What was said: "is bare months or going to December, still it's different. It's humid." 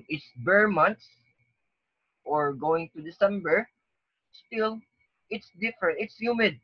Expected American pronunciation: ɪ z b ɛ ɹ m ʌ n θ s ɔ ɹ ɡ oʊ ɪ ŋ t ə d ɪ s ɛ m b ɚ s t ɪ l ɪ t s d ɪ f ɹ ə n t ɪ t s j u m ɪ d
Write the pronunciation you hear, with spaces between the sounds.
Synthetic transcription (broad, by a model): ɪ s b ɛ ɹ m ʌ n t s ɔ ɹ ɡ oʊ ɪ ŋ t ə d ɪ s ɛ m b ɚ s t ɪ l ɪ t s d ɪ f ɹ ə n t ɪ t s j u m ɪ d